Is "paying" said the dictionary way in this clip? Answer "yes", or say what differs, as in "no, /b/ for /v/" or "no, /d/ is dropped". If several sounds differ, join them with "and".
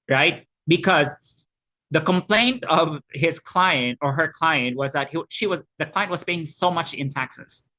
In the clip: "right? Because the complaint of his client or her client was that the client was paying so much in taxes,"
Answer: no, /b/ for /p/